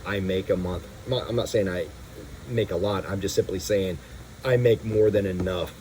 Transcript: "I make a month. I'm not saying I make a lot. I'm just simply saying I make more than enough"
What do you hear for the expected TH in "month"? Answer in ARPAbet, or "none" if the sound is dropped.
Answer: TH